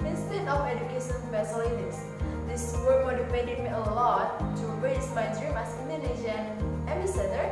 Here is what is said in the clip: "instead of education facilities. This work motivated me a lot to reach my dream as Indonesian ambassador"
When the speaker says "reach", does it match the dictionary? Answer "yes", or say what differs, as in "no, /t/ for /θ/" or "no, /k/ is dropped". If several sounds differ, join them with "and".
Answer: no, /s/ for /tʃ/